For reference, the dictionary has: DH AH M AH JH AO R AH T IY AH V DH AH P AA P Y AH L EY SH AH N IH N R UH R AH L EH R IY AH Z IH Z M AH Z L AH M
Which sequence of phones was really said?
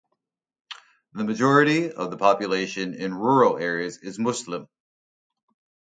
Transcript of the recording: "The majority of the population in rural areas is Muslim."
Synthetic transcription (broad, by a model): DH AH M AH JH AO R AH T IY AH V DH AH P AA P Y AH L EY SH AH N IH N R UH R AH L EH R IY AH Z IH Z M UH S L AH M